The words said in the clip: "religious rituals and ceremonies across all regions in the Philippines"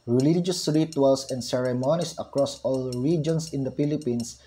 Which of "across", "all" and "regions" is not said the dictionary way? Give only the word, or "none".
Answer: regions